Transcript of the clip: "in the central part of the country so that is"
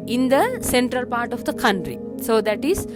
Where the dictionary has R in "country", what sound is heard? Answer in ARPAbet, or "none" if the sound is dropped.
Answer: R